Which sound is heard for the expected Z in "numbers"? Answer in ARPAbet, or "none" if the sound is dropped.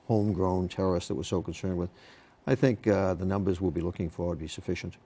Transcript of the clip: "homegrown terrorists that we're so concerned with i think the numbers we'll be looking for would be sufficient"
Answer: Z